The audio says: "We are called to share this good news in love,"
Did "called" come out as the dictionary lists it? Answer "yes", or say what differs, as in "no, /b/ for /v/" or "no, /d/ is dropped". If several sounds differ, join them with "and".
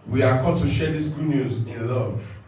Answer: no, /l/ is dropped